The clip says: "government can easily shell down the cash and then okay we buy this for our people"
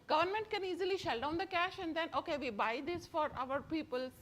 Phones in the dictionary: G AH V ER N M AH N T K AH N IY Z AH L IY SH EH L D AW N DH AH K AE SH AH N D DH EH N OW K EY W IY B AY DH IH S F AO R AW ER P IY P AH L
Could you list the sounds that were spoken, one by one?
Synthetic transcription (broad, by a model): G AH V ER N M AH N T K AH N IY Z AH L IY SH EH L D AW N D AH K AE SH AH N D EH N OW K EY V IY B AY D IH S F AO R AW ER P IY P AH L